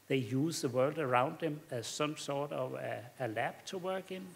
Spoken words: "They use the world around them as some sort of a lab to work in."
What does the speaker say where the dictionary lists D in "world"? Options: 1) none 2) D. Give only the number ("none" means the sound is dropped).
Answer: 2